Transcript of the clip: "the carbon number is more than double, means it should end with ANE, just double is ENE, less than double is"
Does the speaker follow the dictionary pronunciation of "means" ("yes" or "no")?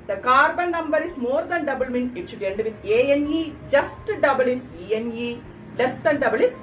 no